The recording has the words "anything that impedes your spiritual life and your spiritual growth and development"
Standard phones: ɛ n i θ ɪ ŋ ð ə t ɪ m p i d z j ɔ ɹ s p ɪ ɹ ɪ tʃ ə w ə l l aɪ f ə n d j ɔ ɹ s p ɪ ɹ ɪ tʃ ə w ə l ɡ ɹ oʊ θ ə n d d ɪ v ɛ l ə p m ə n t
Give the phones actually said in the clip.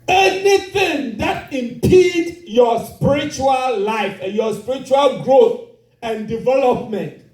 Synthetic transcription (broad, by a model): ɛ n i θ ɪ ŋ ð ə t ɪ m p i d j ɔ s p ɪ ɹ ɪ tʃ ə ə l l aɪ f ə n j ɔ s p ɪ ɹ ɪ tʃ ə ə l ɡ ɹ oʊ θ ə n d d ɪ v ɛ l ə p m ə n t